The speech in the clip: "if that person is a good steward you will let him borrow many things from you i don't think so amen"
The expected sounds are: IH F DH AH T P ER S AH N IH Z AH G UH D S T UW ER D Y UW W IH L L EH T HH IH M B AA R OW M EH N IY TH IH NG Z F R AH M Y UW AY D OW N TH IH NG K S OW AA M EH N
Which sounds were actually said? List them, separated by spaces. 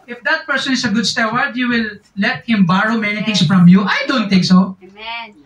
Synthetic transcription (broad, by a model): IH F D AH T P ER S AH N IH S AH G UH D S T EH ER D Y UW W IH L L EH T HH IH M B AA R OW M EH N IY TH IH NG S F R AH M Y UW AY D OW N T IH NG K S OW